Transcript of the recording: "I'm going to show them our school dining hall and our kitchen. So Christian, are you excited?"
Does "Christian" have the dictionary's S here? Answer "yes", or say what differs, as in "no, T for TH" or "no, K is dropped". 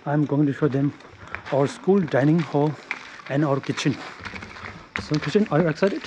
no, S is dropped